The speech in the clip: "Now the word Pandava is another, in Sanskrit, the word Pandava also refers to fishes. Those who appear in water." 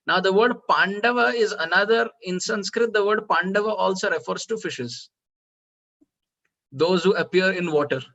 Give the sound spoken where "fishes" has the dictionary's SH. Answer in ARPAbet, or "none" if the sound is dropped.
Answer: SH